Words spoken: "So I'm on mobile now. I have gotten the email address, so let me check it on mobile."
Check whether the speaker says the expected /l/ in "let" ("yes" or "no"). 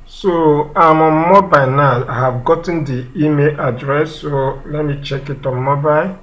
yes